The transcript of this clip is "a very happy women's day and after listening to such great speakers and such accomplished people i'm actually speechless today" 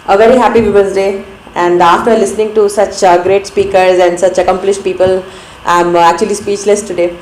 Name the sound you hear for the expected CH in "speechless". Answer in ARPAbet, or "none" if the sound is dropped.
CH